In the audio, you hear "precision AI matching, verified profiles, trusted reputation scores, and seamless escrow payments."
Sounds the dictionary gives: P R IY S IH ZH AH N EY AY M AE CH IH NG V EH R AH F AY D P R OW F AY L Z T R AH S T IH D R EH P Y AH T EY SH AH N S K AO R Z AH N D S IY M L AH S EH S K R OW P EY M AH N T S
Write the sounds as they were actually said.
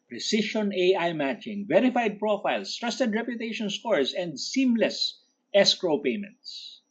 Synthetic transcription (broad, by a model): P R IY S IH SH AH N EY AY M AE CH IH NG V EH R AH F AY D P R OW F AY L S T R AH S T IH D R EH P Y AH T EY SH AH N S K AO R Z AH N D S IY M L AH S EH S K R OW P EY M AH N T S